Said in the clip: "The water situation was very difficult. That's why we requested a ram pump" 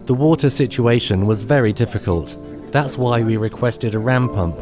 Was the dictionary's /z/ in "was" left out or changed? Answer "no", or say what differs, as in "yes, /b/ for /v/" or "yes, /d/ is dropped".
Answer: no